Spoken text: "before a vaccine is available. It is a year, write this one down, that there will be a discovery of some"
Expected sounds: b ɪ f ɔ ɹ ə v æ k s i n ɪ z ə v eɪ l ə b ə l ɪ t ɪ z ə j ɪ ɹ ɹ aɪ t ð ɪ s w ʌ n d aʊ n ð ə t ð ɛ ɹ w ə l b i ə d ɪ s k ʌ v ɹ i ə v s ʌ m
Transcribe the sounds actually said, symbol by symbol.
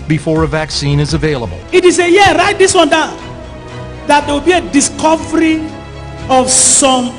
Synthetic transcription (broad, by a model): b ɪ f ɔ ɹ ə v æ k s i n ɪ z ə v eɪ l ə b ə l ɪ t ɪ s ə j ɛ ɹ ɹ aɪ t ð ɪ s w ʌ n d aʊ n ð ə t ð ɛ w ə l b i ə d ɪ s k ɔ v ɹ i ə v s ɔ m